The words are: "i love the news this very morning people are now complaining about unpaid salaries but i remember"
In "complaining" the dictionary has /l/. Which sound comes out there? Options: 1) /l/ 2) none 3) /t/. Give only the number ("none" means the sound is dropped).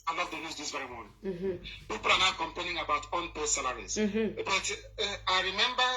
2